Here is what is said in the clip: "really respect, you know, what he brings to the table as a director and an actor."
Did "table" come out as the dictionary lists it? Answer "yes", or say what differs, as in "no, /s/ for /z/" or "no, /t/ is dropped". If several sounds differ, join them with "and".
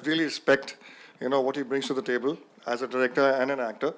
yes